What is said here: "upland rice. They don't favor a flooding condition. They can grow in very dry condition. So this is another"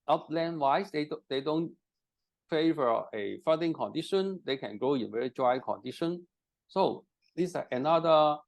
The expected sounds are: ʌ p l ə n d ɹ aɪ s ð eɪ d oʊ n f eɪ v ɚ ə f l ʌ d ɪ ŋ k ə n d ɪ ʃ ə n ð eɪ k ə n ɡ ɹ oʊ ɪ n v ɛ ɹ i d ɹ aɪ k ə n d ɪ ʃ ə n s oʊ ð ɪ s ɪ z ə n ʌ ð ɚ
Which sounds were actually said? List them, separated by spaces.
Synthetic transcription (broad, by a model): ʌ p l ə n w aɪ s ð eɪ d oʊ n f eɪ v ɚ ə f ʌ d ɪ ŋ k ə n d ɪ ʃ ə n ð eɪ k ə n ɡ oʊ ɪ n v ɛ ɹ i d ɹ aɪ k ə n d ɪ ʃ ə n s oʊ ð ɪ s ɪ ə n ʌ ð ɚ